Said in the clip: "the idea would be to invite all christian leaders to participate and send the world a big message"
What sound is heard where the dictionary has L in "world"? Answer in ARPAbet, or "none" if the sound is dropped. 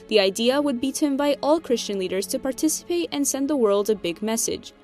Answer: L